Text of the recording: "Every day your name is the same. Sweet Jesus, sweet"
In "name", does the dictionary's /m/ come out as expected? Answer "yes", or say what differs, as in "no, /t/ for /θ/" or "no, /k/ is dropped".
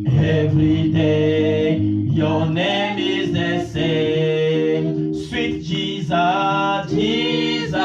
yes